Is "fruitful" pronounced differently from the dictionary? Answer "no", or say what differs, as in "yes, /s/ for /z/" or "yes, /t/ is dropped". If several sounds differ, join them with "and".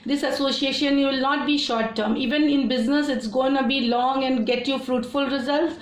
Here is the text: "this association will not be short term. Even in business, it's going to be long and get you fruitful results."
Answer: no